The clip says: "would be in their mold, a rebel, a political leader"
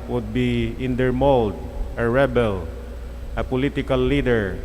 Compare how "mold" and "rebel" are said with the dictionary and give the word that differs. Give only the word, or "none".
none